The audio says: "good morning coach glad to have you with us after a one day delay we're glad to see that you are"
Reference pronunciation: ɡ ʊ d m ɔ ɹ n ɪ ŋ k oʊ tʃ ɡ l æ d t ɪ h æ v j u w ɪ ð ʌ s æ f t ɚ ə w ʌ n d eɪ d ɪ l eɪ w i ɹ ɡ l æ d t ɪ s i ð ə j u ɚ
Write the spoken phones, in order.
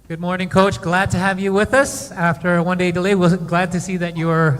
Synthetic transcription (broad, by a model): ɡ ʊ d m ɔ ɹ n ɪ ŋ k oʊ tʃ ɡ l æ d t ɪ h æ v j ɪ w ɪ ð ʌ s æ f t ɚ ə w ʌ n d eɪ d ɪ l eɪ w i l ɡ l æ d t ɪ s i ð ə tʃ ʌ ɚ